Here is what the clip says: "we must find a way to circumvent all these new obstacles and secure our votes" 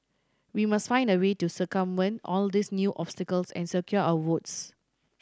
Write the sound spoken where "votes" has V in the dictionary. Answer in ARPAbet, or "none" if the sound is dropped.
W